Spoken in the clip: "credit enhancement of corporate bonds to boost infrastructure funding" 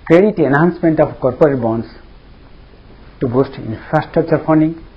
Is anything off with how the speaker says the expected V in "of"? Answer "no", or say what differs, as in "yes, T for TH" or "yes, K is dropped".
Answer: yes, P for V